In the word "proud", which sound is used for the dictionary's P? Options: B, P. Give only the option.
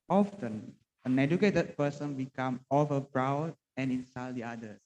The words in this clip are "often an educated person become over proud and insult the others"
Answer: B